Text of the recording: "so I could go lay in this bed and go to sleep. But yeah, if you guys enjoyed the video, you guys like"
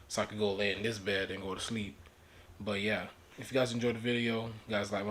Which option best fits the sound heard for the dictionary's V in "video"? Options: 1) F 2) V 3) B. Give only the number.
2